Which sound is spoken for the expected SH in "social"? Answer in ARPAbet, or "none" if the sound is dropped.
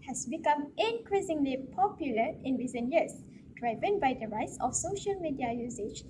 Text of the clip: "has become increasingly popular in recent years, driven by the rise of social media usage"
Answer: SH